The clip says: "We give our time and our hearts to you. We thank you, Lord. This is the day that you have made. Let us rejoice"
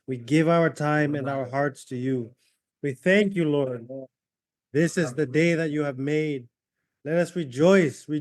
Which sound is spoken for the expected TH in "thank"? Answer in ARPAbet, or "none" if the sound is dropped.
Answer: TH